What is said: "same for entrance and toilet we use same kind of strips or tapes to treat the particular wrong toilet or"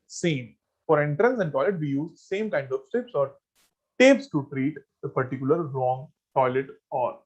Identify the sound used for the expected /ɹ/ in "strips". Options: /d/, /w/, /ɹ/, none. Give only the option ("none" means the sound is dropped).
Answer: none